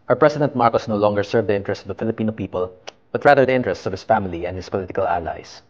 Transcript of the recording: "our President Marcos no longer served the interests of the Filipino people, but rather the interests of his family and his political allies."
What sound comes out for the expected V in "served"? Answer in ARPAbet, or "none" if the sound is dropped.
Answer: V